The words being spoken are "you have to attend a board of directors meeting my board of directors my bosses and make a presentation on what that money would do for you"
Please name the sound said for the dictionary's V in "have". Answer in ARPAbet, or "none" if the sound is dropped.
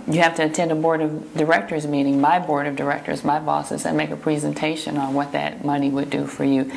F